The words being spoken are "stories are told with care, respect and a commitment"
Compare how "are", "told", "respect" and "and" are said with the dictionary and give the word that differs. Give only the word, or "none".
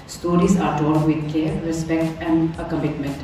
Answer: told